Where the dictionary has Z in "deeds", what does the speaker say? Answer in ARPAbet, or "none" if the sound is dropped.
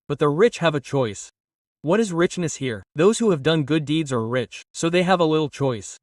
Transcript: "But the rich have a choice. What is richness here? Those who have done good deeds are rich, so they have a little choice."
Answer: Z